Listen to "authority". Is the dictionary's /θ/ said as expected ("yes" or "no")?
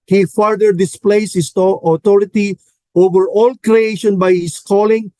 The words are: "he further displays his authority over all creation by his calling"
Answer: no